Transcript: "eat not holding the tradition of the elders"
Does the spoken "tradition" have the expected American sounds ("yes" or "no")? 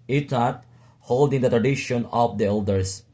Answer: yes